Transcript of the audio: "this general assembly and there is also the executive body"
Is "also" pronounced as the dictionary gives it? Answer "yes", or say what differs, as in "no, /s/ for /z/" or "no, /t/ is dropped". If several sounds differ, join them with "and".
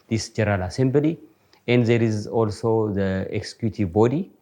yes